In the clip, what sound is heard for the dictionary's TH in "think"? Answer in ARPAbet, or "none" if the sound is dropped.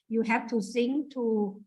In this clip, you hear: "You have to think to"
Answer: S